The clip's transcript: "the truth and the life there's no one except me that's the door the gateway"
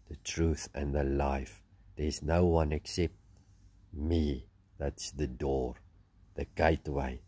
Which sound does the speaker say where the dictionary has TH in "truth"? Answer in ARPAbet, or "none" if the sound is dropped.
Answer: TH